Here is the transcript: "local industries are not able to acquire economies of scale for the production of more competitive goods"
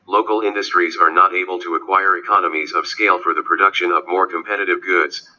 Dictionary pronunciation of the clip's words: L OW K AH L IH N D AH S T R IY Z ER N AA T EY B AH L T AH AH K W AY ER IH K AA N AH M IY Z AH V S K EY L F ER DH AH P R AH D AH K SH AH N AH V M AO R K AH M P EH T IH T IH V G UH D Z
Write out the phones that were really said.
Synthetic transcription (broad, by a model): L OW K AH L IH N D AH S T R IY Z ER N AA T EY B AH L T AH AH K W AY ER IH K AA N AH M IY Z AH V S K EY L F ER DH AH P R AH D AH K SH AH N AH V M AO R K AH M P EH T IH T IH V G UH D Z